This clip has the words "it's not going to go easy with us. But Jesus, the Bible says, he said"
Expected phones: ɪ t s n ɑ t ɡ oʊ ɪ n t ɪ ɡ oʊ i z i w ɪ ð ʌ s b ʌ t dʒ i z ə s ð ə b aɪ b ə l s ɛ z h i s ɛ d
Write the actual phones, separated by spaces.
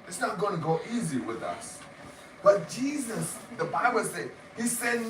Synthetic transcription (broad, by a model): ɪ t s n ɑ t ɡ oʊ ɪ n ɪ ɡ oʊ i z i w ɪ ð ʌ s b ʌ t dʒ i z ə s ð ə b aɪ b ə l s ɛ h i s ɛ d